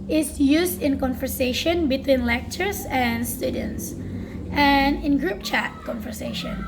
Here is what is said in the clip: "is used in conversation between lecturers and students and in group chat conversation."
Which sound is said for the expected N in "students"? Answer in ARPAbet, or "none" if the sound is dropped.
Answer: N